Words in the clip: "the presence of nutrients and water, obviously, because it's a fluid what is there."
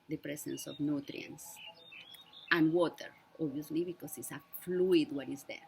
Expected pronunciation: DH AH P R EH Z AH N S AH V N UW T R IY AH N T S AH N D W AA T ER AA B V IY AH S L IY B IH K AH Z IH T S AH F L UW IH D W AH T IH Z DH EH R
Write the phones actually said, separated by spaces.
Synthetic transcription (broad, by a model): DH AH P R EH S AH N S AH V N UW T R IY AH N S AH N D W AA T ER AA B IY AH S L IY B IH K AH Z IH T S AH F L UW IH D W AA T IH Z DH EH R